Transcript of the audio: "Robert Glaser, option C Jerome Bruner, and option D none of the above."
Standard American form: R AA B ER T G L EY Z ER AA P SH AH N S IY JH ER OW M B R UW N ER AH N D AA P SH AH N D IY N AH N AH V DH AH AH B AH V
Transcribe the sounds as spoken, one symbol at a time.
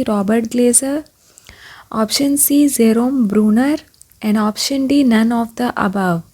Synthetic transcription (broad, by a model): R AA B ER T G L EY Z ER AA P SH AH N S IY Z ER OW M B R UW N ER AH N D AA P SH AH N D IY N AH N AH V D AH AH B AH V